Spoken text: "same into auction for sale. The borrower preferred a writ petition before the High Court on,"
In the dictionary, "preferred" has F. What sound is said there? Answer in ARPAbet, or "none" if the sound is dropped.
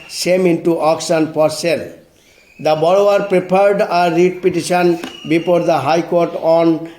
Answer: P